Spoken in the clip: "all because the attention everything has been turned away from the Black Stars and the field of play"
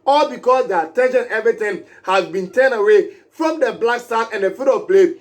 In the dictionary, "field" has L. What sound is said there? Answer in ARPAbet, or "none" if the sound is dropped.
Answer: none